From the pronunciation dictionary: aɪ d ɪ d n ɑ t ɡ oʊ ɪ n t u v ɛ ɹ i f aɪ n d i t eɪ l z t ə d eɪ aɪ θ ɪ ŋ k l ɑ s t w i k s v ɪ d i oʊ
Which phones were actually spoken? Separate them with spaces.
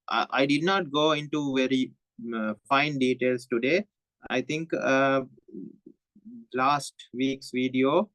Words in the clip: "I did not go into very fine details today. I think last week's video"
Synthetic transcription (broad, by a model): aɪ d ɪ d n ɑ t ɡ oʊ ɪ n t u v ɛ ɹ i f aɪ n d i t eɪ l s t ə d eɪ aɪ t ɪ ŋ k l ɑ s t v i k s v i d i oʊ